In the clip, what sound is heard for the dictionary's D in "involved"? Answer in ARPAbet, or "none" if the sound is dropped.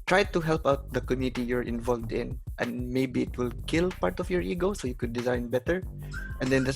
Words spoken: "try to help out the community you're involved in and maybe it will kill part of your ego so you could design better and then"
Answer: D